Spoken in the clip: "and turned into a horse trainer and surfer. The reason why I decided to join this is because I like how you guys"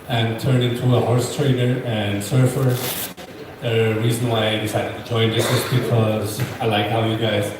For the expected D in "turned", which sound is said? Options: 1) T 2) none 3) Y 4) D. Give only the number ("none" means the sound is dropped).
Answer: 2